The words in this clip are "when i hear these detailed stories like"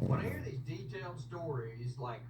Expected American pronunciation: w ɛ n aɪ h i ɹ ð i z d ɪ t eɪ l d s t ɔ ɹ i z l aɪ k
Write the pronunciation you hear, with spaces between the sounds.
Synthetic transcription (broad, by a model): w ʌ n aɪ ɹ ð i z d ɪ t eɪ l d s t ɔ ɹ i z l aɪ k